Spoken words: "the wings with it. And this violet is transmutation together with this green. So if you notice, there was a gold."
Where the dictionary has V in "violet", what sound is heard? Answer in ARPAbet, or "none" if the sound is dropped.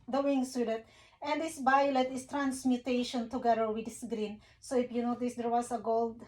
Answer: B